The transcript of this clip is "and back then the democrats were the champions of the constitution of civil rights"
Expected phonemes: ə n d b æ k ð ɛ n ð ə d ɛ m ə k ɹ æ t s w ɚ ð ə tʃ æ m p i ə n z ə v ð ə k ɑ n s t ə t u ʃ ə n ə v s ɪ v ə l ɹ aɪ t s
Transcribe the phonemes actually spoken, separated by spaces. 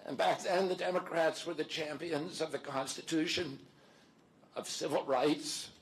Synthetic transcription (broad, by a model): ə n b æ k ð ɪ n ð ə d ɛ m ə k ɹ æ t s w ɚ ð ə tʃ æ m p i ə n z ə v ð ə k ɑ n s t ə t u ʃ ə n ə v s ɪ v l ɹ aɪ t s